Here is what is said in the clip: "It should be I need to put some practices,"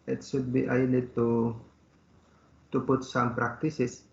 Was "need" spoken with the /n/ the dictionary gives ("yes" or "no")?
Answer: no